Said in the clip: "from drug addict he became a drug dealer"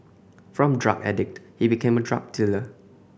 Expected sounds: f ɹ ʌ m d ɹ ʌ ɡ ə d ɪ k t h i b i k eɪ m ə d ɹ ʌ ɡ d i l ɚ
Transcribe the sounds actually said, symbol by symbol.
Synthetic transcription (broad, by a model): f ɹ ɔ m d ɹ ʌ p ə d ɪ k t h i b i k eɪ m ə d ɹ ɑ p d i l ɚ